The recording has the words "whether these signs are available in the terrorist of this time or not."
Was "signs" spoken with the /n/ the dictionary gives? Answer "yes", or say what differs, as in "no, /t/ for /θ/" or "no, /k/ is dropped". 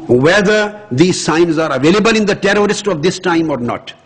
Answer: yes